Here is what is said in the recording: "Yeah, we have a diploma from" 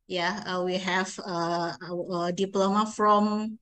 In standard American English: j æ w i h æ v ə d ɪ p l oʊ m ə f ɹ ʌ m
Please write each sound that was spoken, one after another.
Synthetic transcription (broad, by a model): j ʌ w i h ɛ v ə d ɪ p l oʊ m ə f ɹ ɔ m